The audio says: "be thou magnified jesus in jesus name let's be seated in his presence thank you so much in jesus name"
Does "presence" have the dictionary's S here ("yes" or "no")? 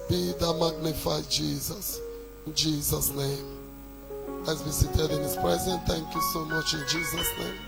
no